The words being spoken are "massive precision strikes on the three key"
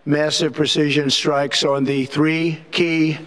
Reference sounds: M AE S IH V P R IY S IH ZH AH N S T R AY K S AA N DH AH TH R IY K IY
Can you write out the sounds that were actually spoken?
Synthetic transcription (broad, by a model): M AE S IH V P R IY S IH ZH AH N S T R AY K S N DH AH TH R IY K IY